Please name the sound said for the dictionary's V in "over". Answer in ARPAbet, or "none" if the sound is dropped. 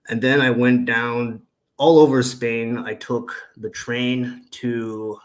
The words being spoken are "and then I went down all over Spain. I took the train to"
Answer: V